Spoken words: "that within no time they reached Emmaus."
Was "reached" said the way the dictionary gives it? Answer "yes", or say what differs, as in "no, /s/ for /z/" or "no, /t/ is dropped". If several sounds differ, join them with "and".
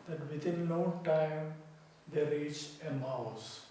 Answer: no, /t/ is dropped